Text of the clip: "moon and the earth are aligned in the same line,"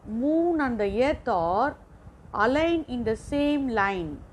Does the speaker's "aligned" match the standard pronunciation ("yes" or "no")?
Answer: no